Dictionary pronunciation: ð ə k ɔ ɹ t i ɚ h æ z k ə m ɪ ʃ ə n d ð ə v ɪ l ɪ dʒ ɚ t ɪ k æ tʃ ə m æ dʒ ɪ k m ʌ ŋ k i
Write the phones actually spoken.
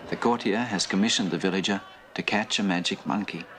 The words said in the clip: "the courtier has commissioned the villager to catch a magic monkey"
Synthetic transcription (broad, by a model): ð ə k ɔ ɹ t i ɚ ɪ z k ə m ɪ ʃ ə n ð ə v ɪ l ɪ dʒ ɚ t ɪ k æ tʃ ə m æ dʒ ɪ k m ʌ ŋ k i